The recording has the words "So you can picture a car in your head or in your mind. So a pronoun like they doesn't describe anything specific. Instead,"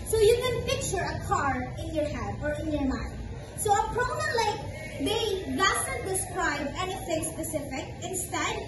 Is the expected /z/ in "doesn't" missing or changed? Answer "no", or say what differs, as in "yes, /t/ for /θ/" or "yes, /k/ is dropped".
yes, /s/ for /z/